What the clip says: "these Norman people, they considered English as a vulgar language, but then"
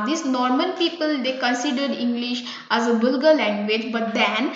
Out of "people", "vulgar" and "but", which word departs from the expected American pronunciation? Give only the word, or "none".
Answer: vulgar